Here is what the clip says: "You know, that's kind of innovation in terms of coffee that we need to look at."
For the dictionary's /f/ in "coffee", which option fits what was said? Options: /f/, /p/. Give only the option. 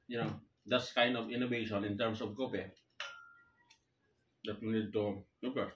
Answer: /p/